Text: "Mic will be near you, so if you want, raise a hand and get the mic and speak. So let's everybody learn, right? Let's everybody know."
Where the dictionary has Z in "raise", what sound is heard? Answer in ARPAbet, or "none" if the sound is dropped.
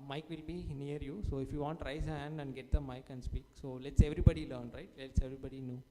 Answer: none